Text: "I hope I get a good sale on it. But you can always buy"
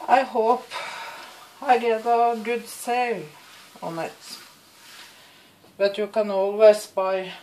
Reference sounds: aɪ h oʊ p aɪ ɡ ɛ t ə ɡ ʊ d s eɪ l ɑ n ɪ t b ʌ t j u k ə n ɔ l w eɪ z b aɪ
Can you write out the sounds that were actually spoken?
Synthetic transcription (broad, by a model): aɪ h oʊ p aɪ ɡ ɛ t ə ɡ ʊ d s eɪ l ɑ n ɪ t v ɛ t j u k ə n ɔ l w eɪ s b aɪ